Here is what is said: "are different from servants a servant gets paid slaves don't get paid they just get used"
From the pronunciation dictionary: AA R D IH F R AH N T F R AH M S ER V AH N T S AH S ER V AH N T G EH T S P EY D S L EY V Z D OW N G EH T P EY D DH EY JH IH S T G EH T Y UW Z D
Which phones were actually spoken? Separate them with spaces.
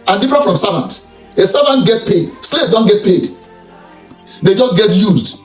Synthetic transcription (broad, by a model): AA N D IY F R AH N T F R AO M S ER V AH N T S AH S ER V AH N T G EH T P EY D S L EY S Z D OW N G EH T P EY D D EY JH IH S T G EH T Y UW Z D